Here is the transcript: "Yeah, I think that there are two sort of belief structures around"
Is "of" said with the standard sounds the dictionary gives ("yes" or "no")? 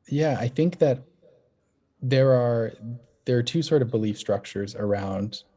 yes